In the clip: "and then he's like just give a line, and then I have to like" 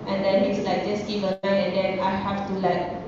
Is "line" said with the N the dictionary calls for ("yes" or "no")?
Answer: no